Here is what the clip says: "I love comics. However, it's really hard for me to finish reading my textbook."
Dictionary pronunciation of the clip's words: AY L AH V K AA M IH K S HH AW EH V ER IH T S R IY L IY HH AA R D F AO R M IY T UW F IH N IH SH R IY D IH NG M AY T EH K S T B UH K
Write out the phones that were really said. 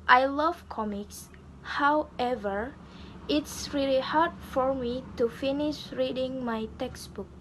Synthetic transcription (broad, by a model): AY L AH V K AA M IH K S HH AW EH V ER IH T S R IY L IY HH AA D F AO R M IY T UW F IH N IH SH R IY D IH NG M AY T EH K S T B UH K